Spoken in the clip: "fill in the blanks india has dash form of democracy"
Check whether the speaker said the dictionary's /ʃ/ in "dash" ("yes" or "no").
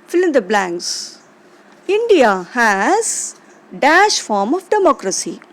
yes